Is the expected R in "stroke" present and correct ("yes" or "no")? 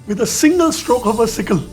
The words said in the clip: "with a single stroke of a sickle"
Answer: yes